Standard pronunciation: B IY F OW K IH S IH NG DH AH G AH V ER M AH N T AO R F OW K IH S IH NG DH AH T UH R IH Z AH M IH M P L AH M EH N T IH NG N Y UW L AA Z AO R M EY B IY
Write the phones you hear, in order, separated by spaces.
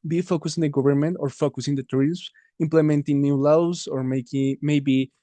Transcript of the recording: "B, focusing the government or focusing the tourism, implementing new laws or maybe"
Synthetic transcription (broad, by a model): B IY F OW K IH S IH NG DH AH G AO B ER M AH N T AO R F OW K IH S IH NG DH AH T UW R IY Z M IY M P L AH M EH N T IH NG N Y UW L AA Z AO R M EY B IY